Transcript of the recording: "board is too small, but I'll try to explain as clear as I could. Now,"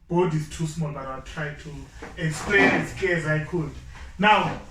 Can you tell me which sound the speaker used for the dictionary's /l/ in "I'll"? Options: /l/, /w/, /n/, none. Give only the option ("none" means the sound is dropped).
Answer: /w/